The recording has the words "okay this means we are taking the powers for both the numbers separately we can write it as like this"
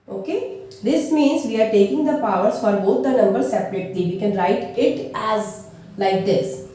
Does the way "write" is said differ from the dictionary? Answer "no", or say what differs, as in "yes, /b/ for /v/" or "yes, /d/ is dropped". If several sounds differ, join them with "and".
no